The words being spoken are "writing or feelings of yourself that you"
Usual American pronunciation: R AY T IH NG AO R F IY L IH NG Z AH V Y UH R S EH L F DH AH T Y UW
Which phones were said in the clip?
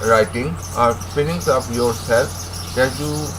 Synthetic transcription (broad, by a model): R AY T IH NG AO R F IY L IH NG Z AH P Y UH R S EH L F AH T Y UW